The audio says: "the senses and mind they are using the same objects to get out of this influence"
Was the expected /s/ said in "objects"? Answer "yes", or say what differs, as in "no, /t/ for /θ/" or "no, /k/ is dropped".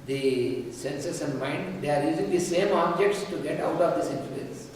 yes